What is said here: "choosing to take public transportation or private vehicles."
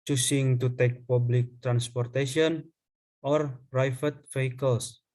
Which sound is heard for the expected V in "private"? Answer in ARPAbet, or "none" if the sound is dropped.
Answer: F